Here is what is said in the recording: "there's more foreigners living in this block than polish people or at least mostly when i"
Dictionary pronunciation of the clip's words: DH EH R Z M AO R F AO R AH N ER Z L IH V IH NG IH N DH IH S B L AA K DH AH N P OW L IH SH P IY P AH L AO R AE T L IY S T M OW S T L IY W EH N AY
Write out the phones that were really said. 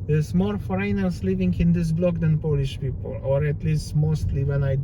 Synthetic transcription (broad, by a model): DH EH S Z M AO R F R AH N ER S L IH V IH NG IH N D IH S B L AA K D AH N P OW L IH SH P IY P AH L AO R AE T L IY S T M OW S T L IY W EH N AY